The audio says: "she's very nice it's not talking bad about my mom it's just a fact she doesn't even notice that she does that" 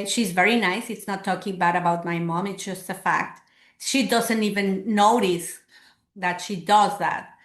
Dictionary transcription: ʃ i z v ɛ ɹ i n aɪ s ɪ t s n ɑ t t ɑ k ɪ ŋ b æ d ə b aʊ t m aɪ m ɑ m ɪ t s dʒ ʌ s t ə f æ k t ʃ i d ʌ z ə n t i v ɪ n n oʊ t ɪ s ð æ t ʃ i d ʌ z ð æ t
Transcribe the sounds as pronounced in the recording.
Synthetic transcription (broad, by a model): ʃ i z v ɛ ɹ i n aɪ s ɪ t s n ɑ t t ɑ k ɪ ŋ b æ d ə b aʊ t m aɪ m ɑ m ɪ t s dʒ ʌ s t ə f æ k t ʃ i d ʌ z ə n t i v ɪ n n oʊ t ɪ s ð æ t ʃ i d ʌ z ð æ t